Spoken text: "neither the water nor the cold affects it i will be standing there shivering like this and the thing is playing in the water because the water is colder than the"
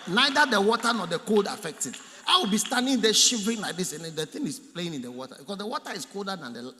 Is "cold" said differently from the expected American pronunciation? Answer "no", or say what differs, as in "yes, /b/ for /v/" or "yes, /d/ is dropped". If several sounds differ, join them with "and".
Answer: no